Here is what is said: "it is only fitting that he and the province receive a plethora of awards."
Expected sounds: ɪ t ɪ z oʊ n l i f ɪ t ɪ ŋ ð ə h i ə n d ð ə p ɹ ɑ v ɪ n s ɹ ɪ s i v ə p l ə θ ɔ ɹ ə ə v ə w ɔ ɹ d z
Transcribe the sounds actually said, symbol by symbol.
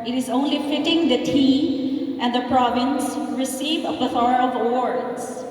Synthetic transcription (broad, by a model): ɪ t ɪ z oʊ n l i f ɪ t ɪ ŋ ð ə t i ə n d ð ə p ɹ ɑ v ɪ n s ɹ ɪ s i v ə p ə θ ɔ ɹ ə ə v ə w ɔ ɹ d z